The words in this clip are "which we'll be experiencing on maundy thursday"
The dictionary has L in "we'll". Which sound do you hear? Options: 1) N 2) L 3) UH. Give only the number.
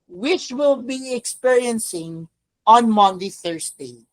2